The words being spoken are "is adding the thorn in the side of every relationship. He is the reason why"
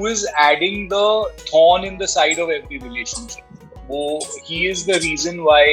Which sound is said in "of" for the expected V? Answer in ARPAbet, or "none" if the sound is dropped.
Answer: V